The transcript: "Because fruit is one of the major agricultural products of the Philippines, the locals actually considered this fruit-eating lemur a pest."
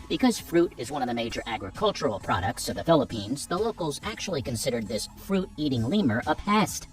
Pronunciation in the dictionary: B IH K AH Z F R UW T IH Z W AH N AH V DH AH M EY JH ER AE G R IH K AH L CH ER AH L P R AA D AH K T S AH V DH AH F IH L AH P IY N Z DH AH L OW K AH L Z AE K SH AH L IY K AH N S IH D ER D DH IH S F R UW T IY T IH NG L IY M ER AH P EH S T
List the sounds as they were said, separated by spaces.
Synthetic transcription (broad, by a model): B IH K AH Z F R UW T IH Z W AH N AH V DH AH M EY JH ER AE G R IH K AH L CH ER L P R AA D AH K T S AH V DH AH F IH L AH P IY N Z DH AH L OW K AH L Z AE K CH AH L IY K AH N S IH D ER D DH IH S F R UW T IY T IH NG L IY M ER AH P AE S T